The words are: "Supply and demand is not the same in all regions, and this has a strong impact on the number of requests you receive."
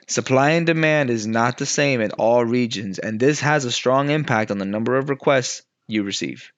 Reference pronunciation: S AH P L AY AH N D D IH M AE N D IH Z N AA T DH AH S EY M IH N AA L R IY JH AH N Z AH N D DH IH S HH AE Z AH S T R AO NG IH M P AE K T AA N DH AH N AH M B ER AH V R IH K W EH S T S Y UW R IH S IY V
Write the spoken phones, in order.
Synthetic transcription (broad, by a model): S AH P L AY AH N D D IH M AE N D IH Z N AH T DH AH S EY M IH N AA L R IY JH AH N Z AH N DH IH S HH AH Z AH S T R AO NG IH M P AE K T N DH AH N AH M B ER AH V R IH K W EH S T S Y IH R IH S IY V